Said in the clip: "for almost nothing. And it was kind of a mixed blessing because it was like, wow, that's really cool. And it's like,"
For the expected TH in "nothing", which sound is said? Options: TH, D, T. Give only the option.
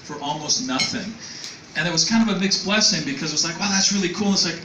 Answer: TH